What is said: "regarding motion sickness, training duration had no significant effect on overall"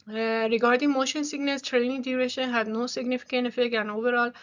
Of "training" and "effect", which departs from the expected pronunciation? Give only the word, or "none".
effect